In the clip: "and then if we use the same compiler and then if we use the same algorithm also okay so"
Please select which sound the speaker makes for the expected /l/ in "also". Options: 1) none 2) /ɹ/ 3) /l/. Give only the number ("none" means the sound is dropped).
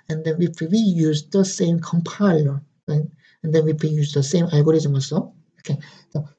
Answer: 1